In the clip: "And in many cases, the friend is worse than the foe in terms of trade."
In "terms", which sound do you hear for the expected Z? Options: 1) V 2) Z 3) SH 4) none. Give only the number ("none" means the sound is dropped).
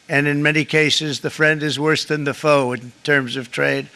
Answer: 2